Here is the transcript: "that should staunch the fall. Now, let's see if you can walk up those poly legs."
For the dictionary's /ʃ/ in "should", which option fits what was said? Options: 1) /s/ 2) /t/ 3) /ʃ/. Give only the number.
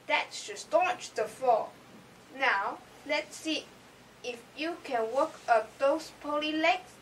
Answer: 1